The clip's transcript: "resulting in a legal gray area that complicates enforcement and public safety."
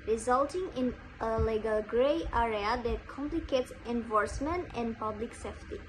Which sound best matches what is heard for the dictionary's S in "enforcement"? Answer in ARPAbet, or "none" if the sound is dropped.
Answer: S